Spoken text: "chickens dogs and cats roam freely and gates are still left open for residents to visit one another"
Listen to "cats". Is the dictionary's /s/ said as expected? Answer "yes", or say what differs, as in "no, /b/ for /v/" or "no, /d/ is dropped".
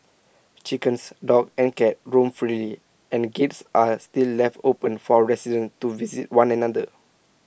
no, /s/ is dropped